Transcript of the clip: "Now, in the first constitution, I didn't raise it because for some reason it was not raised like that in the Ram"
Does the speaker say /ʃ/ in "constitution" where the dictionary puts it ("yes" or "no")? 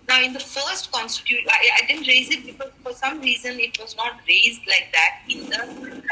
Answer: no